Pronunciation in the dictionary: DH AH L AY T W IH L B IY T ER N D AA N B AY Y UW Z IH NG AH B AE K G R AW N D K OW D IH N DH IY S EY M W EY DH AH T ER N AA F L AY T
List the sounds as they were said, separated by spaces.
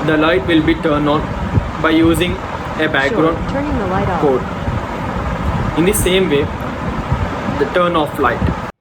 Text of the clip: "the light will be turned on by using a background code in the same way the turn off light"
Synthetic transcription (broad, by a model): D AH L AY T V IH L B IY T ER N D AA N B AY Y UW Z IH NG AH B AE K G R AW N D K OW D IH N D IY S EY M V EY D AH T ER N AA F L AY T